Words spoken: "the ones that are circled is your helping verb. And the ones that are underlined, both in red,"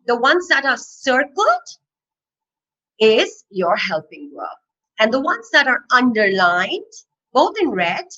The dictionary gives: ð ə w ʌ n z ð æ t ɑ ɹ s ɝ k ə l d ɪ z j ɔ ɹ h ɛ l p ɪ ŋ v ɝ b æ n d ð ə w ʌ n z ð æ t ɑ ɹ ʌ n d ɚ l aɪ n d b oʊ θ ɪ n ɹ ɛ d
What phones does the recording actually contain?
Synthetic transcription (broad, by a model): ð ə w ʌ n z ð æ t ɑ ɹ s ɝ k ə l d ɪ z j ɔ ɹ h ɛ l p ɪ ŋ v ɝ æ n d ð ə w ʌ n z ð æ t ɑ ɹ ʌ n d ɚ l aɪ n d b oʊ t ɪ n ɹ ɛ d